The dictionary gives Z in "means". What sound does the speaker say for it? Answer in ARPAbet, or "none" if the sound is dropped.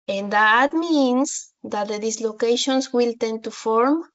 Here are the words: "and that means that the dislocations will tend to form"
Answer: S